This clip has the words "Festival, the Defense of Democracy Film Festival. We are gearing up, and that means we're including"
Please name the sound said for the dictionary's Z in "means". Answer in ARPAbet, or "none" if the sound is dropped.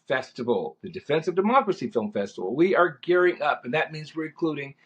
Z